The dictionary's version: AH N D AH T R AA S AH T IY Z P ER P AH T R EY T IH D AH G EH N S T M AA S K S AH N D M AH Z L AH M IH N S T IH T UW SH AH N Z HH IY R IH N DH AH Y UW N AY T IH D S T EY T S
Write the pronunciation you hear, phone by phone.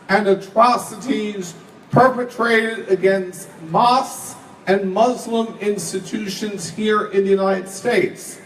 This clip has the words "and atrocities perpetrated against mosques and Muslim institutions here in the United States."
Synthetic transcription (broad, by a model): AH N AH T R AA S AH T IY Z P ER P AH T R EY T IH D AH G EH N S T M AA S S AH N M AH Z L AH M IH N S T IH T UW SH AH N Z HH IY R IH N DH AH Y UW N AY T IH D S T EY T S